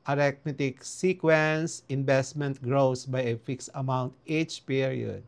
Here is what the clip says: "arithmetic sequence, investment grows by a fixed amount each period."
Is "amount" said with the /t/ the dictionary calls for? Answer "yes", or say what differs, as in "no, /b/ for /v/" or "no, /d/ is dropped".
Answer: yes